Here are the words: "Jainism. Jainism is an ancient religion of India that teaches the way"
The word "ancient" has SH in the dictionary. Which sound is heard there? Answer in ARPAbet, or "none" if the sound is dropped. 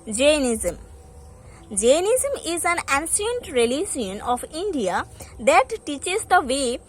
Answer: S